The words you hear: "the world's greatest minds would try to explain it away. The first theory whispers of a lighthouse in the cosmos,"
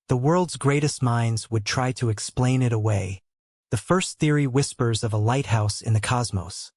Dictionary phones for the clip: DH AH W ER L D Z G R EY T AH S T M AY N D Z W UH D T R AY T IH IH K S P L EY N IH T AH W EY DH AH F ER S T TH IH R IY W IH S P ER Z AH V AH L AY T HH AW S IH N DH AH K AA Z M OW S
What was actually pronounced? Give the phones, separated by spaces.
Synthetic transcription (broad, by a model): DH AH W ER L D Z G R EY T AH S T M AY N D Z W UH D T R AY T IH IH K S P L EY N IH T AH W EY DH AH F ER S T TH IH R IY W IH S P ER Z AH V AH L AY T HH AW S IH N DH AH K AA Z M OW S